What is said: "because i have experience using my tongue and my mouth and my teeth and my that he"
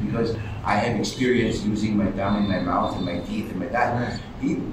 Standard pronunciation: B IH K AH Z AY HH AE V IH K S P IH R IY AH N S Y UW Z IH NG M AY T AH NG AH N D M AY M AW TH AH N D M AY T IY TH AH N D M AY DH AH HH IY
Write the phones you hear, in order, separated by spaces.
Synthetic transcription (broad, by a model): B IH K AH Z AY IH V IH K S P IH R IY AH N S Y UW Z IH NG M AY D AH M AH N M AY M AW TH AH N M AY T IY TH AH N M AY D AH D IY